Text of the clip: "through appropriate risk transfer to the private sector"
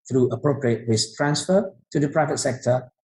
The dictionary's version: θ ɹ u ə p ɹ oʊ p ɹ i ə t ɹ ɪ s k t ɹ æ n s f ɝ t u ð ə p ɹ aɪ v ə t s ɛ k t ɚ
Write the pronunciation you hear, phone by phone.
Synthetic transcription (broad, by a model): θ ɹ u ə p ɹ oʊ p ɹ i ə t w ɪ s t ɹ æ n s f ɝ t u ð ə p ɹ aɪ v ə t s ɛ k t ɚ